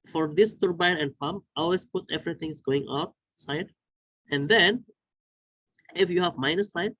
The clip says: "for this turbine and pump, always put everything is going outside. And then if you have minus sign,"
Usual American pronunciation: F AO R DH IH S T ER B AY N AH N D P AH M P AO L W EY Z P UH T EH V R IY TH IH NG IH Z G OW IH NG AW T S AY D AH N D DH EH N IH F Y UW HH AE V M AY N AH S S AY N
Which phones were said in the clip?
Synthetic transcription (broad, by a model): F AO R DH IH S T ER B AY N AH N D P AH M P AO L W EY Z P UH T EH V R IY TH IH NG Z G OW IH NG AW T S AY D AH N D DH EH N IH F Y UW HH AE V M AY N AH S S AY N